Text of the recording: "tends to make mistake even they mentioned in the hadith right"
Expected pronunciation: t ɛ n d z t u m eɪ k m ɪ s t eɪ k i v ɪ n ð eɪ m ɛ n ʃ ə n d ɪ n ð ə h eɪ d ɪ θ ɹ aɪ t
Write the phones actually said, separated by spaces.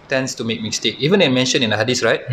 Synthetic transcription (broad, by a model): t ɛ n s t u m eɪ k m ɪ s t eɪ k i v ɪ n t m ɛ n ʃ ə n ɪ n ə h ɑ d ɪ s ɹ aɪ t